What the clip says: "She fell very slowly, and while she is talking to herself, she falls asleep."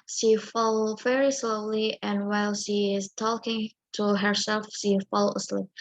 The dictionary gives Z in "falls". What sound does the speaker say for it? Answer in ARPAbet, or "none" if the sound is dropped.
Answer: none